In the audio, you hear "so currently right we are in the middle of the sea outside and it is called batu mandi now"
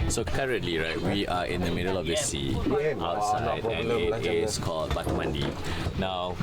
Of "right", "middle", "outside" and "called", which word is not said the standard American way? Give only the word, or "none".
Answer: outside